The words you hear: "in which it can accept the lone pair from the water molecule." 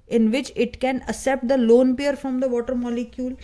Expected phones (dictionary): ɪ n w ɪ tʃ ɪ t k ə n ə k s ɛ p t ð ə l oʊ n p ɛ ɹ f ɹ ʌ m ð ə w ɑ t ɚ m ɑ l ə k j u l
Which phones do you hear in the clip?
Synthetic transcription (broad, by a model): ɪ n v ɪ tʃ ɪ t k ə n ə s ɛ p t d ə l oʊ n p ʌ ɹ f ɹ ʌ m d ə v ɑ t ɚ m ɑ l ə k j u l